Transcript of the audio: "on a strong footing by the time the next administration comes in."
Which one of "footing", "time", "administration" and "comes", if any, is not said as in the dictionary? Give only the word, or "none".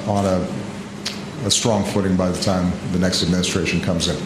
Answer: none